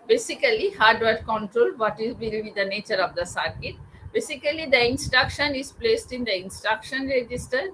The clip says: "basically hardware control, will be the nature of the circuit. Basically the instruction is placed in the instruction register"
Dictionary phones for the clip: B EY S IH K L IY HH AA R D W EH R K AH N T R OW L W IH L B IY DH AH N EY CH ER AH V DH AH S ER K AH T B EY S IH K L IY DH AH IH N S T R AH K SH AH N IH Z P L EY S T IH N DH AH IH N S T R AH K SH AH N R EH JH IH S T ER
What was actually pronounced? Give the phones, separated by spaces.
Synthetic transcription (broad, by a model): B EY S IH K L IY HH AA R D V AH R K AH N T R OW L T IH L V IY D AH N EY CH ER AH V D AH S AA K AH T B EY S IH K L IY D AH IH N S T R AH K SH AH N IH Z P L EY S T IH N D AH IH N S T R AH K SH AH N R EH JH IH S T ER